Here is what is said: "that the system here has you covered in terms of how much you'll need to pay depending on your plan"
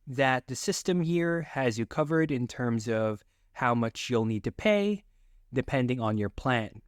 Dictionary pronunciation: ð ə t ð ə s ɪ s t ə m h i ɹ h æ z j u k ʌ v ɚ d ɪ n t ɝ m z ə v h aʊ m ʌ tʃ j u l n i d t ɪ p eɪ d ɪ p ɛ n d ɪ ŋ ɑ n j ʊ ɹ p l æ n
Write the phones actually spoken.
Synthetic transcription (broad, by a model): ð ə t ð ə s ɪ s t ə m h i ɹ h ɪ z j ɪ k ʌ v ɚ d ɪ n t ɝ m z ə v h aʊ m ʌ tʃ j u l n i d t ɪ p eɪ d ɪ p ɛ n d ɪ ŋ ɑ n j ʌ ɹ p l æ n